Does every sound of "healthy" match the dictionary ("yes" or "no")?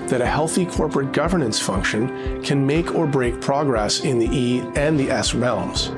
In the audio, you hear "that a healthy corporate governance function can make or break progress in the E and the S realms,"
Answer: yes